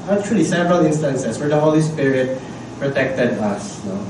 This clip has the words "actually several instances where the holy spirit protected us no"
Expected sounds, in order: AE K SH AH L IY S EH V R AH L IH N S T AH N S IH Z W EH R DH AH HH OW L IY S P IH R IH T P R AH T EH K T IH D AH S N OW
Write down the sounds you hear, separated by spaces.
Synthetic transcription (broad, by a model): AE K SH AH L IY S EH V R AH L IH N S T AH N S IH S W EH R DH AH HH OW L IY S P IH R IH T P R AH T EH K T IH D AH S N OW